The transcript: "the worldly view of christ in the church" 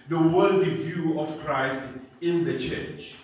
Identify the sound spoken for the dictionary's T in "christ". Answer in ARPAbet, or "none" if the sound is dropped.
T